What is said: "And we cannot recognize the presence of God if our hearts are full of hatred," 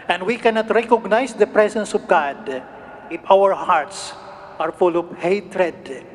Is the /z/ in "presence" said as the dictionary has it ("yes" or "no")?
no